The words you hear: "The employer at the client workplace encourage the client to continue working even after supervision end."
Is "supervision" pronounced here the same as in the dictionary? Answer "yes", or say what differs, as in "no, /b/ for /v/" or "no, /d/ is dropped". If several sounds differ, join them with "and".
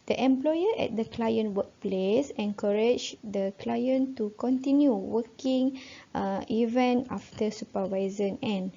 no, /z/ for /ʒ/